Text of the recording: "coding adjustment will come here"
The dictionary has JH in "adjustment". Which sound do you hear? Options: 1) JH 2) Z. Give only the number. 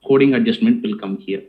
1